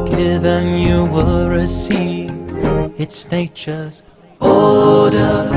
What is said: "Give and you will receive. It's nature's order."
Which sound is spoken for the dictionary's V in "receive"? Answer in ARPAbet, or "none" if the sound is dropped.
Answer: none